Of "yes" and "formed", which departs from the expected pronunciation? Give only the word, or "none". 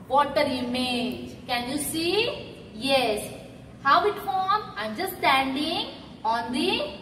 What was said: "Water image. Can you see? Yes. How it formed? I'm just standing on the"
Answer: formed